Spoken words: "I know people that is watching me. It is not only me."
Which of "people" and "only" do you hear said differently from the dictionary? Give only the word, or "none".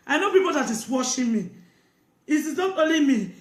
only